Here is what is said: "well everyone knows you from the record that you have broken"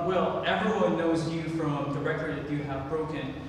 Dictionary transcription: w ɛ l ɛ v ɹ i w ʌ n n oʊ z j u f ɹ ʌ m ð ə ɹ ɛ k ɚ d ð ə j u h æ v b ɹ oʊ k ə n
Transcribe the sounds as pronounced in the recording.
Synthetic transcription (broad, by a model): w ɛ l ɛ v ɹ i w ʌ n n oʊ z j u f ɹ ʌ m ð ə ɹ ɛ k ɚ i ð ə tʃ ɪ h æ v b ɹ oʊ k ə n